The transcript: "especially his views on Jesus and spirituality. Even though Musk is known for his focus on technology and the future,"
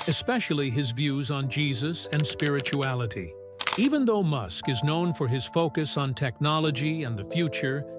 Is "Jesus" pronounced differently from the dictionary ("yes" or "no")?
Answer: no